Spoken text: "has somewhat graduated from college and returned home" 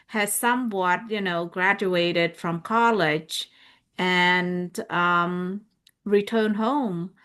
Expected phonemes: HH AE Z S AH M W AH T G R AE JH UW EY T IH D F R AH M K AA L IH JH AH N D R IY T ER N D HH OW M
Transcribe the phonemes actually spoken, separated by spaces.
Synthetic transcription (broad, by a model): HH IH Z S AH M W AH T G R AE JH UW EY T IH D F R AH M K AA L IH JH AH N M R IY T ER N D HH OW M